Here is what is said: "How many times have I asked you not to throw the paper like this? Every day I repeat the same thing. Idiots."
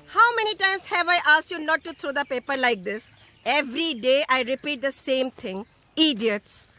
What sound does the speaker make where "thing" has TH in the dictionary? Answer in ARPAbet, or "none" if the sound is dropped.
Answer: T